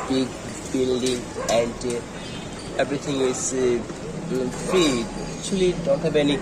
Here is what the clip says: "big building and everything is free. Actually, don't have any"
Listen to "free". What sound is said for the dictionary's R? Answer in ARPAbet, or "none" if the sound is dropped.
none